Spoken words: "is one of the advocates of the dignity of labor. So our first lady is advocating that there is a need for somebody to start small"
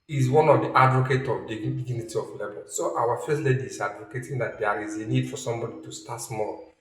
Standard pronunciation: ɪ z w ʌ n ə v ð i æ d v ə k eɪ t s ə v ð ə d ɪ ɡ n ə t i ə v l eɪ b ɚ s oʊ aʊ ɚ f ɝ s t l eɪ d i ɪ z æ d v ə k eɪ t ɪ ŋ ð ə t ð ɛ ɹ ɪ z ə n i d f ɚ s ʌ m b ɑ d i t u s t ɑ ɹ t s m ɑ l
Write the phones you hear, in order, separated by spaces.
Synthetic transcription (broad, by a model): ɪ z w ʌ n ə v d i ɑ d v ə k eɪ t ə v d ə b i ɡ n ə t i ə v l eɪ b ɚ s oʊ aʊ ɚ f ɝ s t l eɪ d i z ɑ d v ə k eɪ t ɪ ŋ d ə t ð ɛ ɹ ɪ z ə n i d f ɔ s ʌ m b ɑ d i t u s t ɑ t s m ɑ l